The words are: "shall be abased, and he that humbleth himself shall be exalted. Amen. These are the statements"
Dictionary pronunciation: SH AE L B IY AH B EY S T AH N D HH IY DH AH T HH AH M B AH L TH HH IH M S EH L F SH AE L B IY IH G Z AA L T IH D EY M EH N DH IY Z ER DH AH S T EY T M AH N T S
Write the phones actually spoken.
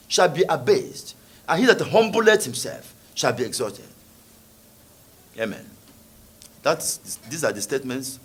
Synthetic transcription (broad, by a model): SH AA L B IY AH B EY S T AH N HH IY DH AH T HH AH M B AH L T HH IH M S EH L F SH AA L B IY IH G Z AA T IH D EY M EH N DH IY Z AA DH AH S T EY T M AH N T S